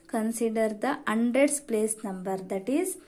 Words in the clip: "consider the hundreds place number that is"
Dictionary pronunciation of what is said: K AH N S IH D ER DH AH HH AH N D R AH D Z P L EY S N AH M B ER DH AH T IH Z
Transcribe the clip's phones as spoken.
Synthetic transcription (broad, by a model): K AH N S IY D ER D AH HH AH N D R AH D S P L EY S N AH M B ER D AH T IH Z